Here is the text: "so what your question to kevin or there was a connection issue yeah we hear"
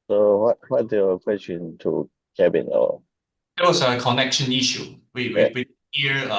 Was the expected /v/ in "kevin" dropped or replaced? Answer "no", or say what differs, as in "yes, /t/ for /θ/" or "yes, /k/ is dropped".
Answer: yes, /b/ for /v/